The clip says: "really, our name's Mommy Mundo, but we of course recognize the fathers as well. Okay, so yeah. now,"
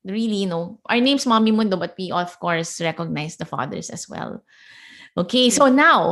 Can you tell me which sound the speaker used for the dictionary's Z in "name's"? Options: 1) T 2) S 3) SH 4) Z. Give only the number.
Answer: 2